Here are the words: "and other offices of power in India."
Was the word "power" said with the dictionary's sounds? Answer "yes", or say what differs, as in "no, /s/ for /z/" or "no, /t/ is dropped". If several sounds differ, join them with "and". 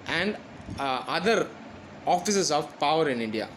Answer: yes